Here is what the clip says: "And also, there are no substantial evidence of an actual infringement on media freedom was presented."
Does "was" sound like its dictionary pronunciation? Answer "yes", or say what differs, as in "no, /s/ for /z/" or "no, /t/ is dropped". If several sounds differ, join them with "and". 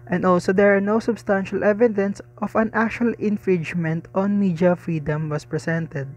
no, /s/ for /z/